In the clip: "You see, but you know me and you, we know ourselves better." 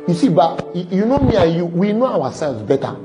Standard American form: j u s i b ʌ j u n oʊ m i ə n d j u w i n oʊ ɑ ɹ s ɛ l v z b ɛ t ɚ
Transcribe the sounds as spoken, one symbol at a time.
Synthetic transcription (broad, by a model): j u s i b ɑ j u n oʊ m i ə j u w i n oʊ ɑ w s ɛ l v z b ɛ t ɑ